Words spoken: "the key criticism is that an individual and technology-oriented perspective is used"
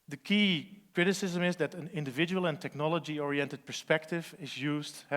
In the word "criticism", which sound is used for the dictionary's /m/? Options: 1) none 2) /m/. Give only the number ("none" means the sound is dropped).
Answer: 2